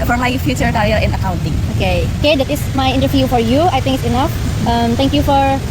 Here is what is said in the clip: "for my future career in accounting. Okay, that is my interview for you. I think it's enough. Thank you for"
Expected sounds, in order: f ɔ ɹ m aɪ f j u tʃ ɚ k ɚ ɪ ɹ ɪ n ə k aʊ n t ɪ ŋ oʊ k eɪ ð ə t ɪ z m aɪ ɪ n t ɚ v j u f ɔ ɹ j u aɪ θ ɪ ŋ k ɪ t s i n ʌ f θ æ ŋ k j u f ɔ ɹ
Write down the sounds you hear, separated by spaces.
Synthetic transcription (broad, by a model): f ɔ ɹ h aɪ f j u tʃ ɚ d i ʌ l ɪ n ə k aʊ n t ɪ ŋ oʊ k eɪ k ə t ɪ s m aɪ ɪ n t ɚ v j u f ɔ ɹ j u aɪ t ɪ ŋ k ɪ t s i n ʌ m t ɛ ŋ k j u f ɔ ɹ